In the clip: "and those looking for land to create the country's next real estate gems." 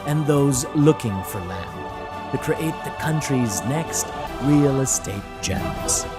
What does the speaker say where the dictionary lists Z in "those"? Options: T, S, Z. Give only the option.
Z